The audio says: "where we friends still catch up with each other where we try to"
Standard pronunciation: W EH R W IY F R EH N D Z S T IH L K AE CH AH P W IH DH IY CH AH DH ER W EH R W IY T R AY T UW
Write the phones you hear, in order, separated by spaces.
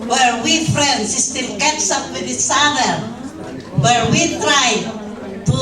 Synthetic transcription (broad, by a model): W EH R W IY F R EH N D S S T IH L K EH S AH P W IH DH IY S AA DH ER W EH R W IY T R AY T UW